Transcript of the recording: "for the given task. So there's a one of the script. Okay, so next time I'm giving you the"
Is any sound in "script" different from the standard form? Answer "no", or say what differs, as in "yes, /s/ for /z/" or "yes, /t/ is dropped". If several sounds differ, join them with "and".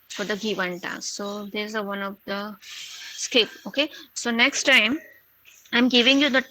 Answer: yes, /ɹ/ is dropped